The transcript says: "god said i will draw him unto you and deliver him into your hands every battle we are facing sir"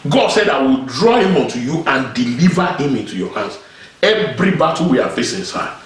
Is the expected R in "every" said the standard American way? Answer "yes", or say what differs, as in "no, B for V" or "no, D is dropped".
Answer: yes